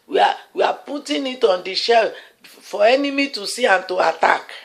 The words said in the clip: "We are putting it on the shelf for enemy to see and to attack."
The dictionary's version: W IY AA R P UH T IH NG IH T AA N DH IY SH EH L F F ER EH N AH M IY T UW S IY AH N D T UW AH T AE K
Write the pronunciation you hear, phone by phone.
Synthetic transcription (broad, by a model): W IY AA W P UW T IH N IH T AA N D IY SH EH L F F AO EH N AH M IY T UW S IY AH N T UW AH T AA K